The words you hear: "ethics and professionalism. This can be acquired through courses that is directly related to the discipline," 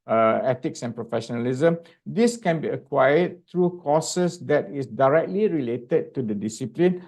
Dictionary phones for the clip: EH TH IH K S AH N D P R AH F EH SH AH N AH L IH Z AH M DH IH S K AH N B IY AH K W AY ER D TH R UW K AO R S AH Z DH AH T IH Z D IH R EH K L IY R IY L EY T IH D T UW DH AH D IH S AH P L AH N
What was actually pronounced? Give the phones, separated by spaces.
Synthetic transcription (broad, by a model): EH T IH K S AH N P R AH F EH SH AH N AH L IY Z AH M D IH S K AH N B IY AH K W AY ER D T R UW K AO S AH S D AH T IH S D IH R EH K L IY R IY L EY T IH D T UW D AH D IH S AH P L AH N